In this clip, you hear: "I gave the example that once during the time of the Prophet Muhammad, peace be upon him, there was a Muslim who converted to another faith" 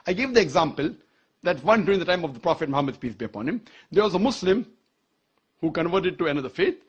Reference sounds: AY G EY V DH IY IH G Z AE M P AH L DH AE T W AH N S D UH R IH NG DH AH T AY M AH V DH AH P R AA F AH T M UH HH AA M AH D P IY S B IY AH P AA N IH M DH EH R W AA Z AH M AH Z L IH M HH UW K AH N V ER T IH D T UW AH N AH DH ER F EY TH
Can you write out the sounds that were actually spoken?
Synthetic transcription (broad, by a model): AY G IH V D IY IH G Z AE M P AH L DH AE T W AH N D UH R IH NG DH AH T AY M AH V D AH P R AA F AH T M UH HH AA M AH D P IY S B IY AH P AA N IH M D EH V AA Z AH M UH S L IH M HH UW K AH N V ER T IH D T UW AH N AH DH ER F EY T